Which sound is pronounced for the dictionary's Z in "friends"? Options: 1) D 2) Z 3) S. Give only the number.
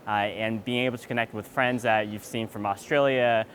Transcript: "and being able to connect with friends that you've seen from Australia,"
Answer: 2